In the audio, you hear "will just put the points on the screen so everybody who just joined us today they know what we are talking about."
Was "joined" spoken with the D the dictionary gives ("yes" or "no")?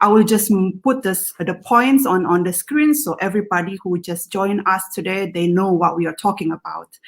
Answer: no